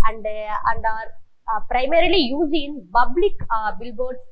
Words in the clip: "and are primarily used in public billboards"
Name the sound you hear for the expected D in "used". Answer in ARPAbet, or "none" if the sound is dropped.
none